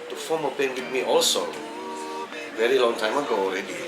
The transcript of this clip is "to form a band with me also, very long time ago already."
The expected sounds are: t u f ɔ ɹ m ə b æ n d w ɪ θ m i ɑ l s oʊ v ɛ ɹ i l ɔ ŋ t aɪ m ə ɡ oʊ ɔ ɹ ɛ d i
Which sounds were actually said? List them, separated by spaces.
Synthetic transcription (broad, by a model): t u f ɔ m ə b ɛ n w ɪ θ m i ɑ l s oʊ v ɛ ɹ i l ɔ ŋ t aɪ m ə ɡ oʊ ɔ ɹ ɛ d i